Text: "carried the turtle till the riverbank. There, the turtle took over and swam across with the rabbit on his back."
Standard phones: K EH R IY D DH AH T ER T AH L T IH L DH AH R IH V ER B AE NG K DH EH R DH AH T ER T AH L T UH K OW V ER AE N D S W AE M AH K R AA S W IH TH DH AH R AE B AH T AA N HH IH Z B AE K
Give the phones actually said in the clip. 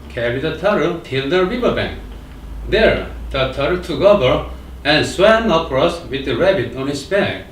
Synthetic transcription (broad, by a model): K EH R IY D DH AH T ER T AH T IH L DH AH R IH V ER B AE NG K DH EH R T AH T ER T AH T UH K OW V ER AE N S W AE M AH K R AA S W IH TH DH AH R AE B AH T AA N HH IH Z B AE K